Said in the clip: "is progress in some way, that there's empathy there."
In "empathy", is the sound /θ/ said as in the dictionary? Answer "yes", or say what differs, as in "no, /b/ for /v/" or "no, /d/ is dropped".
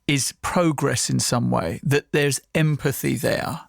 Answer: yes